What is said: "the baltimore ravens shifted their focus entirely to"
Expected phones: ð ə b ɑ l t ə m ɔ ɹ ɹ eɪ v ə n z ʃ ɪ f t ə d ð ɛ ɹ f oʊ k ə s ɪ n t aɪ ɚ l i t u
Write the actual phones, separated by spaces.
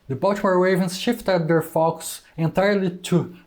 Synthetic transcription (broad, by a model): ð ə b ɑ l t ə m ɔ ɹ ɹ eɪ v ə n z ʃ ɪ f t ə d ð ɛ ɹ f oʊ k s ɪ n t aɪ ɚ l i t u